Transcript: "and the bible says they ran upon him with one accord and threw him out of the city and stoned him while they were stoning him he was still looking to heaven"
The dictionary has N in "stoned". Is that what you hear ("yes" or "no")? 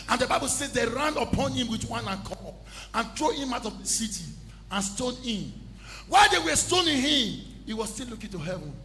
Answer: no